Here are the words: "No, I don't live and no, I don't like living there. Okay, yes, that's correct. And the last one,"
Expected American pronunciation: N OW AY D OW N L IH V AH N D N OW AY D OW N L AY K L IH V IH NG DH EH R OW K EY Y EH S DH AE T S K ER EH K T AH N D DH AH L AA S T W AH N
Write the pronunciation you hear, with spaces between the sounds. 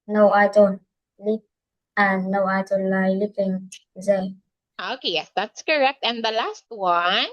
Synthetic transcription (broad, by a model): N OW AY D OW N L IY P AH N N OW AY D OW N L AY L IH P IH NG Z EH OW K EY Y EH S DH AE T S K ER EH K T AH N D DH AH L AA S T W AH N